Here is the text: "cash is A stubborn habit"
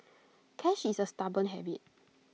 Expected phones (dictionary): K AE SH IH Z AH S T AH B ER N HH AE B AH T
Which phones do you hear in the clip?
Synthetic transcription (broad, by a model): K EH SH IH S AH S T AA B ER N HH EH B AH T